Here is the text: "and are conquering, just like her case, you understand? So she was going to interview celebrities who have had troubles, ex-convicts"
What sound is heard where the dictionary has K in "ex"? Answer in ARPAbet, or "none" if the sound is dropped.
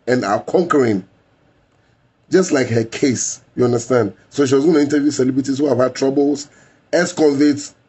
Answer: none